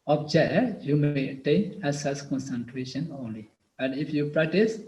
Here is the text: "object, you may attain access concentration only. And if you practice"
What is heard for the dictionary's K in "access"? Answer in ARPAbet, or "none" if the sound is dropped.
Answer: none